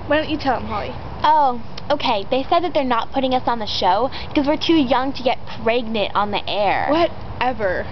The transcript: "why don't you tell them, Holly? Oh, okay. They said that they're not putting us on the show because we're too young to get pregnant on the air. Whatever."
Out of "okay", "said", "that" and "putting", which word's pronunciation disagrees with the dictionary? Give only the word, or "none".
none